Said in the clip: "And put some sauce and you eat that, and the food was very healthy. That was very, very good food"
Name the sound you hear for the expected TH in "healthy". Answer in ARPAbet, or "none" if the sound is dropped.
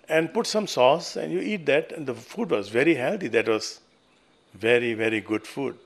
T